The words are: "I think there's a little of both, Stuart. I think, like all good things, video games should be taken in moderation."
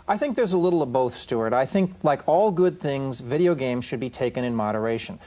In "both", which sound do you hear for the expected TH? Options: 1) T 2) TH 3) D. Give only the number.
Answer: 2